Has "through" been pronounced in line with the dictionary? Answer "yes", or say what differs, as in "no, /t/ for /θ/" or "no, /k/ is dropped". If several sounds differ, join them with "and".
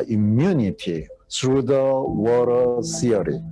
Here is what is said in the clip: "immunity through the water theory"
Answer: no, /s/ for /θ/